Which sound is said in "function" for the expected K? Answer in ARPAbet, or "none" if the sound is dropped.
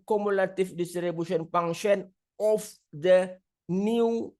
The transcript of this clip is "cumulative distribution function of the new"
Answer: none